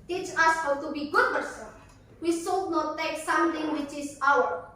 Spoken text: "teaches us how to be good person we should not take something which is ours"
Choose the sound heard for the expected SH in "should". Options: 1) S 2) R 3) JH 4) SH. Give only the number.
1